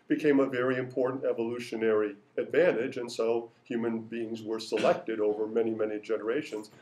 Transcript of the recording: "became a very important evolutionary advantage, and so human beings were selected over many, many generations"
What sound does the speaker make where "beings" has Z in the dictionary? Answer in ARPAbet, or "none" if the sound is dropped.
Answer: Z